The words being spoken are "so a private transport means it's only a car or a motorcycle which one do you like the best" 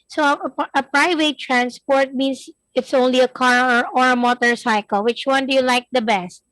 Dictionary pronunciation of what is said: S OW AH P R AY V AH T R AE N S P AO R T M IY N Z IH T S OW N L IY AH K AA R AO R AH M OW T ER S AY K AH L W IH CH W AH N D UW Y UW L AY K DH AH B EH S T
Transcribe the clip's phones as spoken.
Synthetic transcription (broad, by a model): S OW AH P R AY V AH T R AE N S P AO R T M IY N S IH T S OW N L IY AH K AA R AO R AH M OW T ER S AY K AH L W IH CH W AH N D UW Y UW L AY K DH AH B EH S T